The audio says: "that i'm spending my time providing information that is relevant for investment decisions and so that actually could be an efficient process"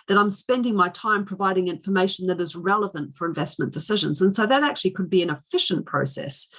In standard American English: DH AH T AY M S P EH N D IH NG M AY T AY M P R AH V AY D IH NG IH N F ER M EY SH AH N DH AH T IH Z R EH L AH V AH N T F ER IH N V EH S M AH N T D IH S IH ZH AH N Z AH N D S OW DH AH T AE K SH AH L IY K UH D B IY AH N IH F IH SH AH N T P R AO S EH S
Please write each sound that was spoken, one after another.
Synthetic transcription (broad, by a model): DH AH T AY M S P EH N D IH NG M AY T AY M P R AH V AY D IH NG IH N F ER M EY SH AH N DH AH T IH Z R EH L AH V AH N T F ER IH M V EH S M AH N D IH S IH ZH AH N Z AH N S OW DH AH T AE K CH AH L IY K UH D B IY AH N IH F IH SH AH N P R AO S EH S